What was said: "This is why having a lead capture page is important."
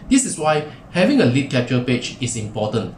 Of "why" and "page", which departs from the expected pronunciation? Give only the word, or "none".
page